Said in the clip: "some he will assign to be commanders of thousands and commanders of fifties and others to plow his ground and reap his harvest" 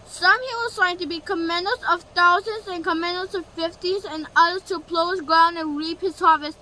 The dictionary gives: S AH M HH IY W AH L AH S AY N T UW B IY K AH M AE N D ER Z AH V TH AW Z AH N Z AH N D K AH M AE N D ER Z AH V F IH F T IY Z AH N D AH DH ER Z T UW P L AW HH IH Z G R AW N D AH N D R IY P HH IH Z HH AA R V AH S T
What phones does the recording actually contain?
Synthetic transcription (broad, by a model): S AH M HH IY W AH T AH IH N T UW B IY K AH M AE N D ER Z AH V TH AW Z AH N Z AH N K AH M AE N D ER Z AH V F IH F T IY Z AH N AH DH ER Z T UW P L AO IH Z G R AW N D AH N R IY P HH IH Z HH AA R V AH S